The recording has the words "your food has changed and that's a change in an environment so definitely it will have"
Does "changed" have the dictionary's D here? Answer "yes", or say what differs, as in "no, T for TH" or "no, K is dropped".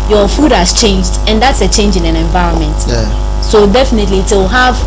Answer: yes